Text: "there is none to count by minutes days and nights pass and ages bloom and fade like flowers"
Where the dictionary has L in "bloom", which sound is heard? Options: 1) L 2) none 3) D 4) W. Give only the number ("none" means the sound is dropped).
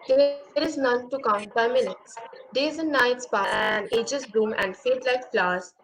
2